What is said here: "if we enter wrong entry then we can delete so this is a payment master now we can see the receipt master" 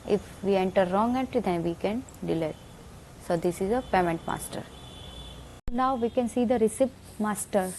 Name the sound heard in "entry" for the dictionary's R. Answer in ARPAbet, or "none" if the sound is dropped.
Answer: none